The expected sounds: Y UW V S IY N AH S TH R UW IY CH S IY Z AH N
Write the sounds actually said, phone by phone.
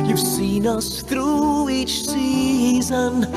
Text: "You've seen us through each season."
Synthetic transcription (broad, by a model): Y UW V S IY N AH S TH R UW IY CH S IY Z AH N